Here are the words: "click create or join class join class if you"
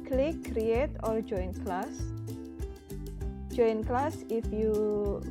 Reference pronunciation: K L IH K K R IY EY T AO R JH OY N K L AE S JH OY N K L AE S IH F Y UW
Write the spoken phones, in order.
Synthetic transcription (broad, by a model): K L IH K K R IY EY T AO L JH OY N K L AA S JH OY N K L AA S IH F Y UW